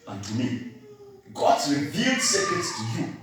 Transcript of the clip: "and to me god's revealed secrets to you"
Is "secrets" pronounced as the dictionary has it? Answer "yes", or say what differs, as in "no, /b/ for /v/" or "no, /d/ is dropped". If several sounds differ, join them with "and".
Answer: no, /ɹ/ is dropped